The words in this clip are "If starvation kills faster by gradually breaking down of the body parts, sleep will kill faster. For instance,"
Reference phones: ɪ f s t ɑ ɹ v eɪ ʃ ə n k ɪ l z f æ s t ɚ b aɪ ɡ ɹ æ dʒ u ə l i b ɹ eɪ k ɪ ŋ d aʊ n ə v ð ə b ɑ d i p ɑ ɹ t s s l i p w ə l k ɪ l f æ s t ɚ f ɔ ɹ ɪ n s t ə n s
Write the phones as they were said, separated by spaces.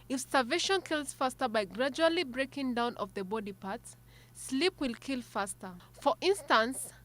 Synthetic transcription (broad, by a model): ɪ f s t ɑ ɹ v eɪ ʃ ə n k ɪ l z f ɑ s t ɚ b aɪ ɡ ɹ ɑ dʒ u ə l i b ɹ eɪ k ɪ ŋ d aʊ n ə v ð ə b ɑ d i p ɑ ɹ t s s l i p w ə l k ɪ l f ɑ s t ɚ f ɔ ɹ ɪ n s t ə n s